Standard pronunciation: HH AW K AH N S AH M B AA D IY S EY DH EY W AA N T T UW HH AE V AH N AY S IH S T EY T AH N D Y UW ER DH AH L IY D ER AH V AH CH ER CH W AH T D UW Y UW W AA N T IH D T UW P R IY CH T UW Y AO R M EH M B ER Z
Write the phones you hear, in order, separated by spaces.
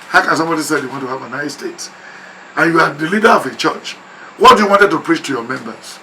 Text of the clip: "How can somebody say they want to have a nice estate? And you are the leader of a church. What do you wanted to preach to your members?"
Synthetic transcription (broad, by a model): HH AW K AH N S AH M B AA D IY S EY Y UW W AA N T T UW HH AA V AH N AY IH S T EY T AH N Y UW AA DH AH L IY D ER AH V AH CH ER CH W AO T D UW Y UW W AA N T IH D T UW P R IY CH T UW Y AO M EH M B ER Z